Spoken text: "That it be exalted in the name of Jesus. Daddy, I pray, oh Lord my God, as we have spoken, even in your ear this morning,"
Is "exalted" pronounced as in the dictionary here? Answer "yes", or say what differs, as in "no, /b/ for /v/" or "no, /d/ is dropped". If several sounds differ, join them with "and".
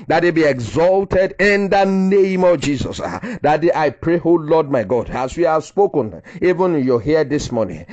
yes